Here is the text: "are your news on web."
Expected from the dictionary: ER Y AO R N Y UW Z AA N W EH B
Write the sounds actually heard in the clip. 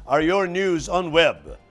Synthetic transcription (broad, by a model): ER Y AO R N Y UW Z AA N W EH B